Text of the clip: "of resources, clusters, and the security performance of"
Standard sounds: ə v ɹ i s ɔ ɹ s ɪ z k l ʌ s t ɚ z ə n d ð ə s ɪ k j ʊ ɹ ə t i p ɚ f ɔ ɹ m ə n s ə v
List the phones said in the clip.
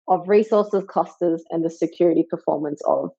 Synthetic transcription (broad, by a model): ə v ɹ i s ɔ ɹ s ɪ z k ʌ s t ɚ z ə n ð ə s ɪ k j ʊ ɹ ə t i p ɚ f ɔ ɹ m ə n s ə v